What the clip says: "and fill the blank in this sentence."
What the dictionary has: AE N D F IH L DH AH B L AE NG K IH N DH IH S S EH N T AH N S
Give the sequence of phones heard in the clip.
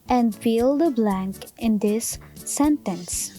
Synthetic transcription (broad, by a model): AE N D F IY L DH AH B L AE NG K IH N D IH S S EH N T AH N S